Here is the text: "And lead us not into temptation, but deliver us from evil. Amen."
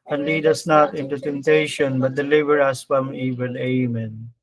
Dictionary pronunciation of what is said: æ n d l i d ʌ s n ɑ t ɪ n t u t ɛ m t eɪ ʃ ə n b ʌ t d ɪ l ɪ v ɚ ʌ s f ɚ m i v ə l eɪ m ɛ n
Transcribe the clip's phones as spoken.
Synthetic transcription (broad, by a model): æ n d l i d ʌ s n ɑ t ɪ n t u t ɛ m t eɪ ʃ ə n b ʌ t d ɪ l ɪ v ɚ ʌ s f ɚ m i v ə n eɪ m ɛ n